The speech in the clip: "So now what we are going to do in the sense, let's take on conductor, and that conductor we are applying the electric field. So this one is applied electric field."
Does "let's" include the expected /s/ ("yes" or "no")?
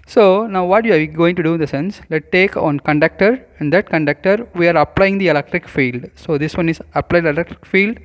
no